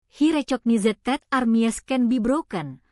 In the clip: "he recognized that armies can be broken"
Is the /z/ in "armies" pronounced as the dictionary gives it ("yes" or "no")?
no